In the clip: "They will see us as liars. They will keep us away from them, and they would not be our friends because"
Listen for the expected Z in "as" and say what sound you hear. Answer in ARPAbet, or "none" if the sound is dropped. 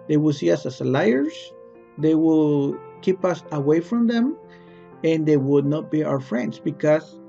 S